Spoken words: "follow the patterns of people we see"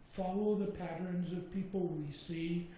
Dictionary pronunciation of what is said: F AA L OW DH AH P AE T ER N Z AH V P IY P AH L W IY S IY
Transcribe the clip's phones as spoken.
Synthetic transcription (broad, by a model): F AA L OW DH AH P AE T ER N Z AH V P IY P L W IY S IY